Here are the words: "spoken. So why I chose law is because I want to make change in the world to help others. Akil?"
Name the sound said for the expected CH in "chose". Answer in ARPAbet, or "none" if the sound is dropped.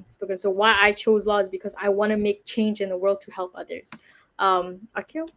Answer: CH